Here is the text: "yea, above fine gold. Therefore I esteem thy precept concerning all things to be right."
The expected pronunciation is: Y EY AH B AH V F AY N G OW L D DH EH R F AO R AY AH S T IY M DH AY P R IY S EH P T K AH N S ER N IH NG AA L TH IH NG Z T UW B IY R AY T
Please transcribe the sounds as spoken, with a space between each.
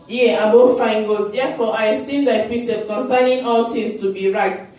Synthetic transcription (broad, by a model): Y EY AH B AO F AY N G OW D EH F AO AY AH S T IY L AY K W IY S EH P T K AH N S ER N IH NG AA L T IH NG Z T UW B IY R AY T